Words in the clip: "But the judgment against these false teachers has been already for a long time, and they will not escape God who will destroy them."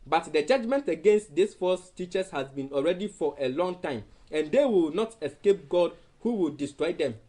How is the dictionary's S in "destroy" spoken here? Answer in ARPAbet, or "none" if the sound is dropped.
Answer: S